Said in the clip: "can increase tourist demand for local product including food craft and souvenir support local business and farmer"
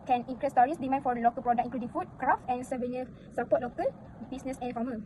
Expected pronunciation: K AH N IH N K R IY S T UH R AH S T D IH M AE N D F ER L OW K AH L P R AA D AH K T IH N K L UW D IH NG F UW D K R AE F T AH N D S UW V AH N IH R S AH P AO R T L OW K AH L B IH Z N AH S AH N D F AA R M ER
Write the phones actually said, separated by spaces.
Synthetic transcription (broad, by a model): K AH N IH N K R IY S T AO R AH S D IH M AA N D F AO L OW K AH L P R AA D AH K IH K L UW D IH NG F UW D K R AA F T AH N S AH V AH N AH S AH P AO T L OW K AH L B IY S N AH S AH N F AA M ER